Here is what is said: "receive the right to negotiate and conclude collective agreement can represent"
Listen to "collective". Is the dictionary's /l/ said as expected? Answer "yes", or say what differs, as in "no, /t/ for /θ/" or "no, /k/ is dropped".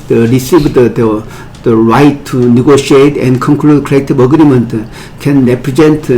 no, /l/ is dropped